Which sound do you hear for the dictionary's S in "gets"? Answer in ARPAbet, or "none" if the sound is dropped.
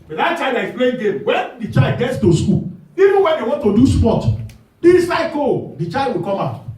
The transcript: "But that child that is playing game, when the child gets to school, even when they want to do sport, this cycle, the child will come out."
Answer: S